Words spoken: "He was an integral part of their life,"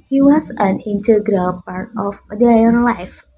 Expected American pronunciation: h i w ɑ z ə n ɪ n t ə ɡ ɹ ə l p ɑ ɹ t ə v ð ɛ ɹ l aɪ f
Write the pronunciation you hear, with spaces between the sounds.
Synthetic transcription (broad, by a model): h i w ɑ s ə n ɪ n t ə ɡ ɹ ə l p ɑ ɹ t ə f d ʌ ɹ l aɪ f